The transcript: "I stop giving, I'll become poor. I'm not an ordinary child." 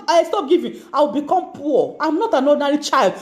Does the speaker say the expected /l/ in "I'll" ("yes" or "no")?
no